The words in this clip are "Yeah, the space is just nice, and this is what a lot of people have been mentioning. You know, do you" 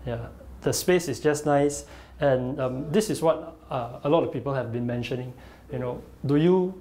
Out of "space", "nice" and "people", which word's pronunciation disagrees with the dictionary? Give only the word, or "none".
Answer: none